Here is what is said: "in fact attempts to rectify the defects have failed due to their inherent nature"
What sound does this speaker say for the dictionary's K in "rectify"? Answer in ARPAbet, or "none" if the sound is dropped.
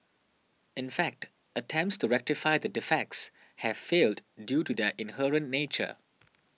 K